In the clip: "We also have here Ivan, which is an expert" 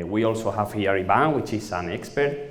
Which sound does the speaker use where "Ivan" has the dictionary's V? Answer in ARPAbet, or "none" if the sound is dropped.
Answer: B